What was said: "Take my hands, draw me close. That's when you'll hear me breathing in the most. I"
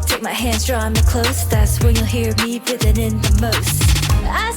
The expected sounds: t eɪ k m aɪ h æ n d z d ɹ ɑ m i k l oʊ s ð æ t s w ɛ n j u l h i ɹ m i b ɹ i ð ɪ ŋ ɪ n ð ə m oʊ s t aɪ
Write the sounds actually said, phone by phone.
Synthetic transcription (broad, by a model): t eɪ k m aɪ h æ n d z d ɹ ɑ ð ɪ k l oʊ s ð æ t s w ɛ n j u l h i ɹ m i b ɪ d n ɪ n ð ə m oʊ s t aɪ